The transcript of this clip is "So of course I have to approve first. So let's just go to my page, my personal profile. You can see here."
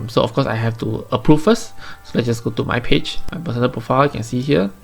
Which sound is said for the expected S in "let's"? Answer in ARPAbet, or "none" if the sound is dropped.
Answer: none